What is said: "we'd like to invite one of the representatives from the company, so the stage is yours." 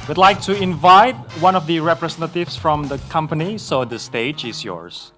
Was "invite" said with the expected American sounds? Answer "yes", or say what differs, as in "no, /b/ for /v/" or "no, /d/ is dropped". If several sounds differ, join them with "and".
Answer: yes